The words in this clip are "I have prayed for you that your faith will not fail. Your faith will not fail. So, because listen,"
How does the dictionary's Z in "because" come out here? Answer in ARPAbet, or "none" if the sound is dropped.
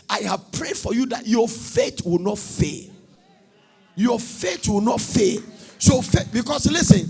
S